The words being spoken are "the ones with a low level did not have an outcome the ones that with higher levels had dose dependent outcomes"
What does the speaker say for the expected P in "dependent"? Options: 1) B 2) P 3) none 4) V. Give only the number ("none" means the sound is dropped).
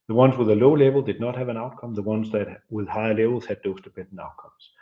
1